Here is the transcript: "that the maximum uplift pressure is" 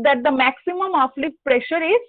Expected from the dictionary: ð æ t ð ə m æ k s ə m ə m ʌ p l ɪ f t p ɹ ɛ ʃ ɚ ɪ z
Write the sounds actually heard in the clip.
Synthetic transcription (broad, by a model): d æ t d ə m æ k s ə m ə m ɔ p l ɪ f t p ɹ ɛ ʃ ɚ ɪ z